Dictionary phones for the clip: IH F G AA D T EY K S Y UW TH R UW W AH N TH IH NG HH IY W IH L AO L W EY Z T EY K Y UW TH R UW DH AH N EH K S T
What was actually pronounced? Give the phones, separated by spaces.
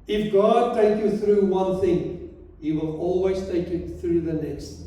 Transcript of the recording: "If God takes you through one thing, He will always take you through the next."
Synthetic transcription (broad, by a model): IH F G AA D T EY K Y UW TH R UW W AH N TH IH NG HH IY W IH L AO L W EY Z T EY K Y UW TH R UW DH AH N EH K S T